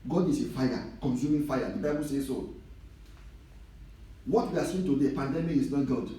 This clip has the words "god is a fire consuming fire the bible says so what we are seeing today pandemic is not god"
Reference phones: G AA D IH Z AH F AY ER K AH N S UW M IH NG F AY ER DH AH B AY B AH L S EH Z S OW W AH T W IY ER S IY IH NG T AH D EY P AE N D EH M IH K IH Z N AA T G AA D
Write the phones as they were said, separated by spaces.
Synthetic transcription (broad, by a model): G AA D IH S AH F AY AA K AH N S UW M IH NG F AY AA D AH B AY B AH L S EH S OW W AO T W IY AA S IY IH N T AH D EY P AE N D EH M IH K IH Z N AA T G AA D